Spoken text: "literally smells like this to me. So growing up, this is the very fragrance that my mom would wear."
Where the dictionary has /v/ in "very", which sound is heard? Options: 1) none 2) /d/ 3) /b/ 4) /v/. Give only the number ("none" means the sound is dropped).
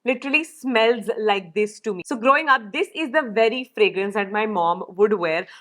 4